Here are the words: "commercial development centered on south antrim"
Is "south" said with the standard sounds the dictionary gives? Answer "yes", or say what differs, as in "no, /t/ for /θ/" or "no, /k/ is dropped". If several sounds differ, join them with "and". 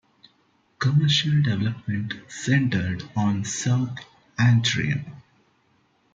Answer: no, /t/ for /θ/